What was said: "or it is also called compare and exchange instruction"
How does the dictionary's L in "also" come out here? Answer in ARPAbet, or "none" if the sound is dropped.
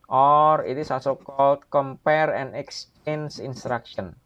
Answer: none